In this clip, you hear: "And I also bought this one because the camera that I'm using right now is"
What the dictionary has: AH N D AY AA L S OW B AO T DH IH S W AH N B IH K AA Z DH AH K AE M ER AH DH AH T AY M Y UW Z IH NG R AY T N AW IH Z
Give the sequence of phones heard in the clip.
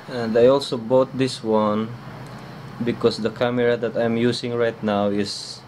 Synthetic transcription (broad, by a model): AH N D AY AA L S OW B AO T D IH S W AH N B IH K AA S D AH K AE M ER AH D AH T AY M Y UW S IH NG R AY T N AW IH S